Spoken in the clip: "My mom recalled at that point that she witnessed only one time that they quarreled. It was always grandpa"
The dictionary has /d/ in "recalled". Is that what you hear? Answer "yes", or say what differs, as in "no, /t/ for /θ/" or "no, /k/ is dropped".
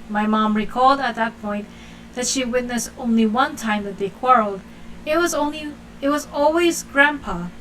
yes